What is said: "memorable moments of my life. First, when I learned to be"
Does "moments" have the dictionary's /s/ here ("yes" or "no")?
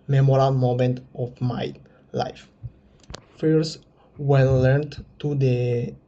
no